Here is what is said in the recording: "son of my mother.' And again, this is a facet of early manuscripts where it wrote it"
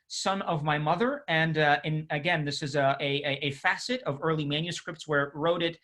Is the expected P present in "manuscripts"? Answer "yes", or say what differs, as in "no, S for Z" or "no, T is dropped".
yes